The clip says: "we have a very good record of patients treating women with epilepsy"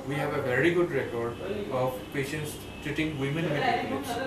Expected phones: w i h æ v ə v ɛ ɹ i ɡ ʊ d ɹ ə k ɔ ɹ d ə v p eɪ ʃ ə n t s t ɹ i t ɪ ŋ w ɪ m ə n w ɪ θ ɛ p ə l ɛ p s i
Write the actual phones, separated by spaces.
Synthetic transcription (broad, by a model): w i h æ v ə v ɛ ɹ i ɡ ʊ d ɹ ə k ɔ ɹ d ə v p eɪ ʃ ə n t s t ɪ t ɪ ŋ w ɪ m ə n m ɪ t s